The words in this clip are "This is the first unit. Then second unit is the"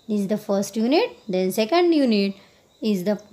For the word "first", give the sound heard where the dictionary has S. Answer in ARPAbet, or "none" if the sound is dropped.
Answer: S